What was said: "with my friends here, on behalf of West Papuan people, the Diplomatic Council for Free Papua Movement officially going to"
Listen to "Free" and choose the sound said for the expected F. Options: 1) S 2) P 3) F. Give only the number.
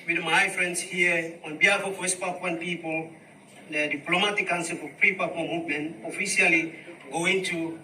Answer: 2